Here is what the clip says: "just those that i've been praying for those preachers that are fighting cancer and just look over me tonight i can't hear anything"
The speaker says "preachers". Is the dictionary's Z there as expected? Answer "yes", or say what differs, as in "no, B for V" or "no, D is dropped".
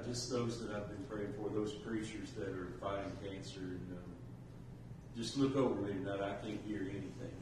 yes